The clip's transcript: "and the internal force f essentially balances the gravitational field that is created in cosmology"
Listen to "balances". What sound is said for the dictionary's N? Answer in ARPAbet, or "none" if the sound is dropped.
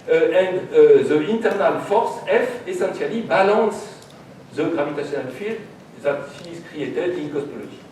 none